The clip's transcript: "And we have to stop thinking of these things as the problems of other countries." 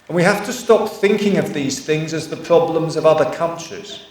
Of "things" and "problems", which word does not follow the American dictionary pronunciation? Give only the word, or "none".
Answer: none